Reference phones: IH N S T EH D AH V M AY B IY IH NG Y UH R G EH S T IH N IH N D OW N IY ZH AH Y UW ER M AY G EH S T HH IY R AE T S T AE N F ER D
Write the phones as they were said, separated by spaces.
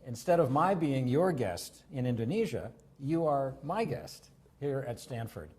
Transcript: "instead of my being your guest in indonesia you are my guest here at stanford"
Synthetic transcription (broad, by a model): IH N S T EH D AH V M AY B IY IH NG Y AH R G EH S T IH N IH N D OW N IY ZH AH Y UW ER M AY G EH S T HH IY R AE T S T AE N F ER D